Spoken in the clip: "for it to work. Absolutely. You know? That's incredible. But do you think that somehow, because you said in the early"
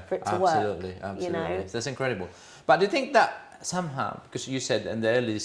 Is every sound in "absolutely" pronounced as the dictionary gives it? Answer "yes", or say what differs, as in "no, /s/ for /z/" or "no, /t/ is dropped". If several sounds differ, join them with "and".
no, /b/ is dropped